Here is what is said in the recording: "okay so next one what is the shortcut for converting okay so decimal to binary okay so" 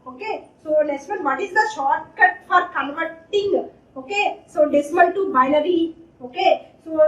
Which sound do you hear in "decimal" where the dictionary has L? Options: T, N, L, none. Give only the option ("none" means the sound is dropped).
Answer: N